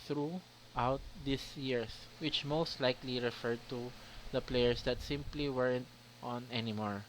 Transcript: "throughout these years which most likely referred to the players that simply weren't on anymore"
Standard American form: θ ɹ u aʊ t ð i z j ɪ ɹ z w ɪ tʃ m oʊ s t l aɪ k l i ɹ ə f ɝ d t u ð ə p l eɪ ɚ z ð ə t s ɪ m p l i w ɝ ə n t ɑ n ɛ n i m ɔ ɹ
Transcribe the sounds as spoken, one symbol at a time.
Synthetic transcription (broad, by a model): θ ɹ u aʊ t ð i s j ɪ ɹ s w ɪ tʃ m oʊ s t l aɪ k l i ɹ ə f ɝ d t u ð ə p l eɪ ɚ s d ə t s ɪ m p l i w ɝ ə n t ɑ n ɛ n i m ɔ ɹ